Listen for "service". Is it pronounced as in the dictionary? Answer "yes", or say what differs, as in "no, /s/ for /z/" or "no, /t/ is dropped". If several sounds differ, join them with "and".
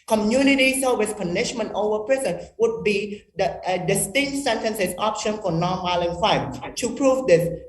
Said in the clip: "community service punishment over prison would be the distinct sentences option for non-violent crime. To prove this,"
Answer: no, /w/ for /v/